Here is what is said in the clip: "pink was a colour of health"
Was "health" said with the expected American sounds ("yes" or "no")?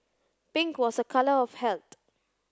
no